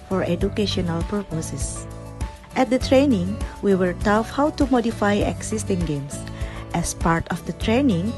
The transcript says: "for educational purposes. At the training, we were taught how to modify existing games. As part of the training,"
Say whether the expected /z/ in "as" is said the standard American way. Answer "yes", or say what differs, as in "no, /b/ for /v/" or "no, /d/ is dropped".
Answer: no, /s/ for /z/